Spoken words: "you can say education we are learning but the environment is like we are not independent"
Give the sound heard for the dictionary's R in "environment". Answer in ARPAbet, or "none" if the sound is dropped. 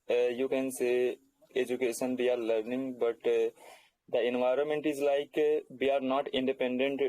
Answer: R